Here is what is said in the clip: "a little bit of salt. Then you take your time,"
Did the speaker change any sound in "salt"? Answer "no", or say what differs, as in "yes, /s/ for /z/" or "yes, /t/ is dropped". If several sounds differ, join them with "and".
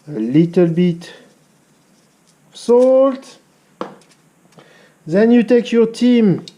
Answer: no